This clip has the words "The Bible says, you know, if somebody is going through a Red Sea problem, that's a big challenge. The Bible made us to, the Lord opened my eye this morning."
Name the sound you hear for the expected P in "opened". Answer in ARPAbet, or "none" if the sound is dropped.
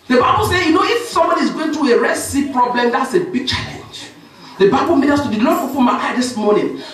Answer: F